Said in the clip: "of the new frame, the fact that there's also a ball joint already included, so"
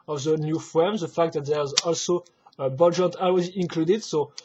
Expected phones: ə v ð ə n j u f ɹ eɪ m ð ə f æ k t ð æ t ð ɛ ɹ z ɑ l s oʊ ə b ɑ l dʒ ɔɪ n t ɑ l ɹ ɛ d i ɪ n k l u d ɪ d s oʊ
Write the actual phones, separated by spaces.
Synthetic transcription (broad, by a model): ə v ð ə n j u f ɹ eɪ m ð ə f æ k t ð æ t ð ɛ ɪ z ɑ l s oʊ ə b ɑ l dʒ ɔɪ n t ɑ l w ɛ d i ɪ n k l u d ɪ d s oʊ